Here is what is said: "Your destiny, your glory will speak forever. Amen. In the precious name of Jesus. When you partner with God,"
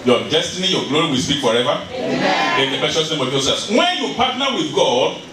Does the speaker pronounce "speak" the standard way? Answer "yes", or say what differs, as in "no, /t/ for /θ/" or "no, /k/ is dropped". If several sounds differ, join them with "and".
no, /b/ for /p/